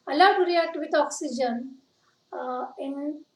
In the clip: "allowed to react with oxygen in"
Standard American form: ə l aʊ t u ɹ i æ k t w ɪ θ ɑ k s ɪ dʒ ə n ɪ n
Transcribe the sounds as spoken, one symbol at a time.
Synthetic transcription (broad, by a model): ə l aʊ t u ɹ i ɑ t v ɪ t ɑ k s ɪ dʒ ə n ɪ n